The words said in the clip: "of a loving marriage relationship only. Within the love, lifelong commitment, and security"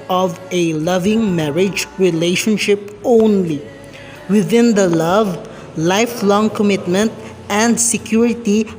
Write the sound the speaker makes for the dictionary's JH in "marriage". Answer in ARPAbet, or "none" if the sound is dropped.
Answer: JH